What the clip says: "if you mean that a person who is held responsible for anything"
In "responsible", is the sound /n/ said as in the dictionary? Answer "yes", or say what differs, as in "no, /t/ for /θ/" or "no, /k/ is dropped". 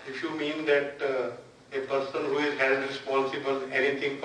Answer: yes